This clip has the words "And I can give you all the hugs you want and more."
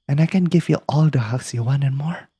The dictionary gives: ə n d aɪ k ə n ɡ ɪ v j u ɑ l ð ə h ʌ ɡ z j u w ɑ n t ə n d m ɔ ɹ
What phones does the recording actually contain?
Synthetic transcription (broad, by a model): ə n aɪ k ə n ɡ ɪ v j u ɑ l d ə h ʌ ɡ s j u w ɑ n ə n m ɔ ɹ